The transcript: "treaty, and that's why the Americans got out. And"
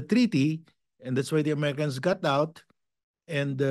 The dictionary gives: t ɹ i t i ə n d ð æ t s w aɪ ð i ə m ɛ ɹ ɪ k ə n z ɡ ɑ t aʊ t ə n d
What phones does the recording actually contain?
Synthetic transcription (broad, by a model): t ɹ i t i ə n d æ t s w aɪ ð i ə m ɛ ɹ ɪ k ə n s ɡ ɑ t aʊ t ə n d